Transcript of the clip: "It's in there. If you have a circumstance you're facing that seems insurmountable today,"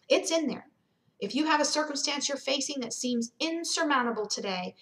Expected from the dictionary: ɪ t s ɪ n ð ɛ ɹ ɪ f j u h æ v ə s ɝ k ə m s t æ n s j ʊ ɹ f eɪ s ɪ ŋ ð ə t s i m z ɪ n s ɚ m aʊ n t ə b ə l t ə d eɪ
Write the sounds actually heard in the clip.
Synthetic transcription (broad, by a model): ɪ t s ɪ n ð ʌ ɹ ɪ f j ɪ v ə s ɝ k ə m s t æ n s j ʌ ɹ f eɪ s ɪ ŋ ð ə t s i m z ɪ n s ɚ m aʊ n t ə b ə l t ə d eɪ